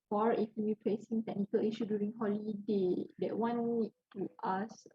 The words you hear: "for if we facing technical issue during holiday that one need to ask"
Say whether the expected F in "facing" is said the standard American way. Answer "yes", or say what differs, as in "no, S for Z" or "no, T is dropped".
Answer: no, P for F